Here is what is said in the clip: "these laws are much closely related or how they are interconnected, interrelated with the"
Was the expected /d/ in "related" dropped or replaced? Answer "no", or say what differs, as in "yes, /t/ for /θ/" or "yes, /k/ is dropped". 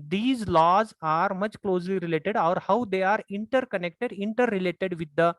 no